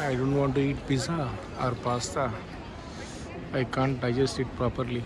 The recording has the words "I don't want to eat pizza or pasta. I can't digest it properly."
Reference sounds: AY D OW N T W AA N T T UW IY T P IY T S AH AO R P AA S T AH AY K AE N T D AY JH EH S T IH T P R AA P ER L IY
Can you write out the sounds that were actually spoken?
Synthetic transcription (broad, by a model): AY D OW N T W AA N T T UW IY T B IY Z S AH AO R P AA S T AH AY K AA N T D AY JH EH S T IH T P R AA P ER L IY